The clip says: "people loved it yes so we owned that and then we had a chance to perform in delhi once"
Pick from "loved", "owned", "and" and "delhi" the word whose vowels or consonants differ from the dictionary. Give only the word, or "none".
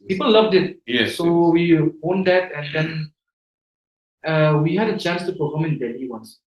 delhi